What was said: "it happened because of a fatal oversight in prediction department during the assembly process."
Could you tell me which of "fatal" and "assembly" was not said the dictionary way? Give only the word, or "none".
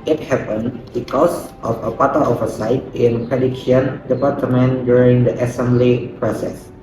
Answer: fatal